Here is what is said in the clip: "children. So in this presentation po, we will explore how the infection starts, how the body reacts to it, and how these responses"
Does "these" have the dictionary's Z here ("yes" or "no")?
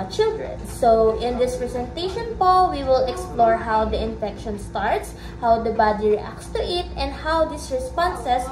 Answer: no